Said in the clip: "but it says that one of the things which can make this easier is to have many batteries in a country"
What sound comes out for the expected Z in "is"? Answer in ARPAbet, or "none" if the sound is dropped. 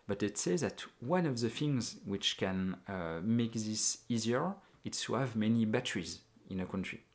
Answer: S